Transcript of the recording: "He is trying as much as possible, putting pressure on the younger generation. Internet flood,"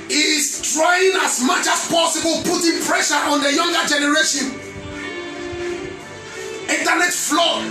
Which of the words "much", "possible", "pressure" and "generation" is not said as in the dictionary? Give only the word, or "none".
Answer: none